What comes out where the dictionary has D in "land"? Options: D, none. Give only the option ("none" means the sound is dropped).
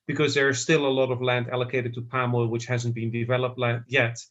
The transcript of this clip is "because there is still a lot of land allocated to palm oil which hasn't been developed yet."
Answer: D